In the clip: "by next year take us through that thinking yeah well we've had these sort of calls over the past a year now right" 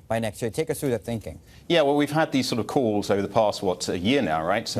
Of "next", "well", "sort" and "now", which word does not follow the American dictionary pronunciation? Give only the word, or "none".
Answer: none